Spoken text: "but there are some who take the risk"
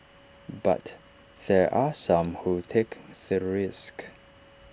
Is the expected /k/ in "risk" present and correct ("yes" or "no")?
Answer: yes